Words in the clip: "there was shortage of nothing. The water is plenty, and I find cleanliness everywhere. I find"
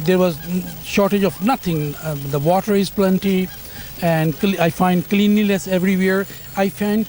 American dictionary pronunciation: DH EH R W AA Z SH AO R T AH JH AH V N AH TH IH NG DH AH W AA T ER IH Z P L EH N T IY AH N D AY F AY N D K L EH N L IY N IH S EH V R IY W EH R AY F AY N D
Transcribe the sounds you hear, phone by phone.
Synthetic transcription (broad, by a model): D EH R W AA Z SH AO R T AH JH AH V N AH T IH NG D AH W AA T ER IH Z P L EH N T IY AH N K AY F AY N D K L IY N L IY S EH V R IY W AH R AY F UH N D